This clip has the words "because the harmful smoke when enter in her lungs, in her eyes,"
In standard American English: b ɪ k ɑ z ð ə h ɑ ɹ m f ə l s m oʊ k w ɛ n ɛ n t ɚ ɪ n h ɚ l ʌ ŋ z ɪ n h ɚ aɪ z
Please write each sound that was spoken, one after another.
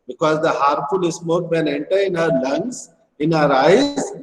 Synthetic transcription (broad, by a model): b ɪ k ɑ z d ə h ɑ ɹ f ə l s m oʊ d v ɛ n ɛ n t ɚ ɪ n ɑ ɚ l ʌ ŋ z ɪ n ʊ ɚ aɪ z